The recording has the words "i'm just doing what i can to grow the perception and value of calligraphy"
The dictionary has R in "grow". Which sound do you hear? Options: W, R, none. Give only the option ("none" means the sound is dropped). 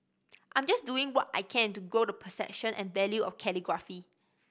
none